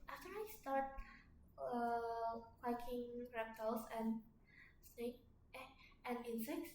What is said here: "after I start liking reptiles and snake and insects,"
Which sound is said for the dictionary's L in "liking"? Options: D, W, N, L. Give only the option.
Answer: W